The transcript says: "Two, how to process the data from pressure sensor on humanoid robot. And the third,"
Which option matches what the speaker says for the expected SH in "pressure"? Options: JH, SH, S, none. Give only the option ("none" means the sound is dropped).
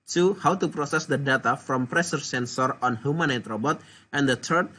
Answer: S